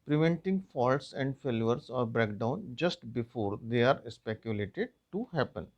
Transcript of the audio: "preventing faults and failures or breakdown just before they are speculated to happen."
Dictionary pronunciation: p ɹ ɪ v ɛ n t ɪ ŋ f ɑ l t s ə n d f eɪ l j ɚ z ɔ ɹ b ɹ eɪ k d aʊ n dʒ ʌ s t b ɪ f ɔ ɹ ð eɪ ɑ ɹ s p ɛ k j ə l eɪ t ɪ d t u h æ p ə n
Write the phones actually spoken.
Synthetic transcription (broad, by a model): p ɹ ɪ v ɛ n t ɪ ŋ f ɑ l t s ə n d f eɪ l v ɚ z ɔ ɹ b ɹ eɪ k d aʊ n dʒ ʌ s t b ɪ f ɔ ɹ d eɪ ɑ ɹ s p ɛ k j ə l eɪ t ɪ d t u h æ p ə n